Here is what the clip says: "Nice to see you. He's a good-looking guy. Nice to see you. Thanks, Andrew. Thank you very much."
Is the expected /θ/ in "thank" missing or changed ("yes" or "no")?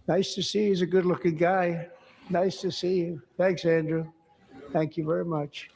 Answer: no